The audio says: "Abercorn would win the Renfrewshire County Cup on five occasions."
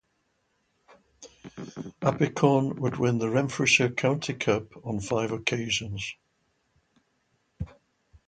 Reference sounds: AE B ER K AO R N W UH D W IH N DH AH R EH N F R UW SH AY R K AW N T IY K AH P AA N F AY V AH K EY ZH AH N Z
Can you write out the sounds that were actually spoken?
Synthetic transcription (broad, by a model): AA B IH K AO N W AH D W IH N DH AH R EH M F R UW SH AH K AW N T IY K AH P N F AY V AH K EY ZH AH N Z